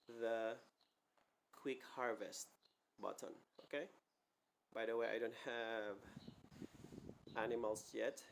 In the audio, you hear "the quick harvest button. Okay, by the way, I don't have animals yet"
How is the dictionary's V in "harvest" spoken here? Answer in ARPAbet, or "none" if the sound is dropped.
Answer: V